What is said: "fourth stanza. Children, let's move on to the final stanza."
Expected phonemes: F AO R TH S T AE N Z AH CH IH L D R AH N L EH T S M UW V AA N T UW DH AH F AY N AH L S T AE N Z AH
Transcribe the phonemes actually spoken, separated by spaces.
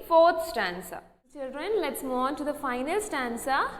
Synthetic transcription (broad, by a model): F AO R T S T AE N S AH CH IH L D R AH N L EH T S M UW AA N T UW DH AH F AY N AH L S T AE N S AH